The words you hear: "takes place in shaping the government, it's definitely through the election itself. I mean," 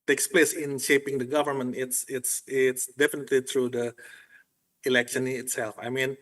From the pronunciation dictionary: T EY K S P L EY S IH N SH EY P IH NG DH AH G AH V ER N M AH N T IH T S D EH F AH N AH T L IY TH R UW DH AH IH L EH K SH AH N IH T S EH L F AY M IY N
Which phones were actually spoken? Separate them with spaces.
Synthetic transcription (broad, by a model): T EY K S P L EY S IH N SH EY P IH NG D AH G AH V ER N M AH N T IH T S D EH F AH N AH T L IY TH R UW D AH IH L EH K SH AH N IH T S EH L F AY M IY N